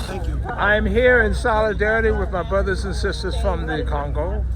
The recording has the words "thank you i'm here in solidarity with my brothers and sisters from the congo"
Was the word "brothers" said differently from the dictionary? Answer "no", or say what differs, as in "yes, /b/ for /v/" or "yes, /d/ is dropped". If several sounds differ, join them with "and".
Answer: no